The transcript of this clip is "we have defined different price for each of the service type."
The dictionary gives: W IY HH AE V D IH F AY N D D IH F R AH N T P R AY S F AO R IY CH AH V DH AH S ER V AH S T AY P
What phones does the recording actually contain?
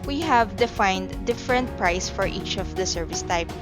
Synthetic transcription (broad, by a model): W IY HH AE V D IH F AY N D D IH F R AH N T P R AY S F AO R IY CH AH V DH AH S ER V AH S T AY P